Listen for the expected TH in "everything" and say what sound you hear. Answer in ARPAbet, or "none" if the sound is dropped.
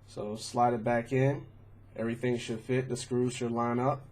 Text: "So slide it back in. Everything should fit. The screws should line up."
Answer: TH